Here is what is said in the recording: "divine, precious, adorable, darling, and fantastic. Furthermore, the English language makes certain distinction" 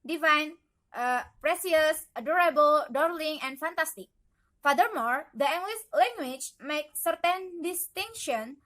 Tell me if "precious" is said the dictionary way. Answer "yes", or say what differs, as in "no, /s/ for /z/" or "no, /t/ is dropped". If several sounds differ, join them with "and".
no, /s/ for /ʃ/